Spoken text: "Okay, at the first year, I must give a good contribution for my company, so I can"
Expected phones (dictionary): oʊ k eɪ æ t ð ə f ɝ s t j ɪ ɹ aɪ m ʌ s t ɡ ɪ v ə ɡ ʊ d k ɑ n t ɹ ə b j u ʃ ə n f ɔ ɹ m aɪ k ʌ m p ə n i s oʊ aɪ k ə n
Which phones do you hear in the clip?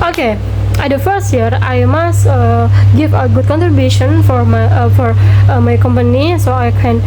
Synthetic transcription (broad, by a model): oʊ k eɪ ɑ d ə f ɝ s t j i ɹ aɪ m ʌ s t ɡ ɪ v ə ɡ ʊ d k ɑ n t ɹ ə b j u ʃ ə n f ɔ ɹ m aɪ k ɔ m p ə n i s oʊ aɪ k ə n